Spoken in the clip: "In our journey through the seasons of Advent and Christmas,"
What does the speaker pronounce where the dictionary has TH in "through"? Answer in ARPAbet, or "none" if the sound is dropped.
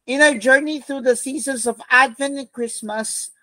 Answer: TH